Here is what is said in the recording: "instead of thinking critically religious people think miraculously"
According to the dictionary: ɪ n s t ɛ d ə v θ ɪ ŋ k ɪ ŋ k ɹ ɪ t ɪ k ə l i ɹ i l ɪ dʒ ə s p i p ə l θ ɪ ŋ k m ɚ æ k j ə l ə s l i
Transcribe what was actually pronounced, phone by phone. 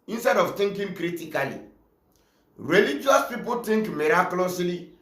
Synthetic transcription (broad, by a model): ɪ n s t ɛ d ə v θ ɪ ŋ k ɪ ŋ k ɹ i t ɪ k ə l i ɹ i l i dʒ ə s p i p ə l t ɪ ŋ k m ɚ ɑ k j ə l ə s l i